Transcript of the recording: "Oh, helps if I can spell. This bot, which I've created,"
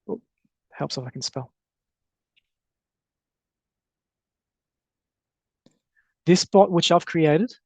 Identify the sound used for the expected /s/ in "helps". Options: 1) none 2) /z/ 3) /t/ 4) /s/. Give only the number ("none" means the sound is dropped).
4